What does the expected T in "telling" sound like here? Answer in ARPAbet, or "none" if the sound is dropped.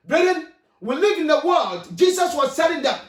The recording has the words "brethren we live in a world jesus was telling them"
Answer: S